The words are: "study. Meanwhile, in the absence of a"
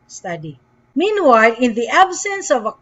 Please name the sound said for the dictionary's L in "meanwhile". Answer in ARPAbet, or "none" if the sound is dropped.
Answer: L